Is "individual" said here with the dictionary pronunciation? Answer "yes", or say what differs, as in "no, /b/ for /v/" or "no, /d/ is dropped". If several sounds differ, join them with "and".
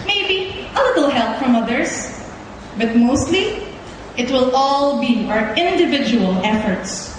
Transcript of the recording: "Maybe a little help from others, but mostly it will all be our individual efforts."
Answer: yes